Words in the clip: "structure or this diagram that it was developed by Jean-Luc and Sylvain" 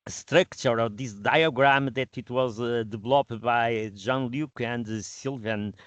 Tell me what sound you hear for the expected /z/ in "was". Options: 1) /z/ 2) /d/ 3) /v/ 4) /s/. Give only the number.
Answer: 1